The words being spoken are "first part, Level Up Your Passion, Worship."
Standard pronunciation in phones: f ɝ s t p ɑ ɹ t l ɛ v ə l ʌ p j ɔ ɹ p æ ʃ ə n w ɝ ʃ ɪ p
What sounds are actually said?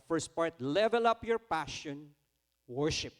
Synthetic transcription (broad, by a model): f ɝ s t p ɑ ɹ t l ɛ v ə l ʌ p j ɔ ɹ p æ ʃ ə n w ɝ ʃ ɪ p